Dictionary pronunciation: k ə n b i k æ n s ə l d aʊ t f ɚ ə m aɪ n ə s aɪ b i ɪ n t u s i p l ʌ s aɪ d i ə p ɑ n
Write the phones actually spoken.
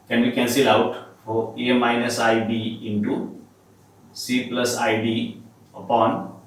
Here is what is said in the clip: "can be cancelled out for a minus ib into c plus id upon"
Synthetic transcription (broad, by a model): k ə n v i k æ n s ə l aʊ t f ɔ ə m aɪ n ə s aɪ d i ɪ n t u s i p l ʌ s aɪ d i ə p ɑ n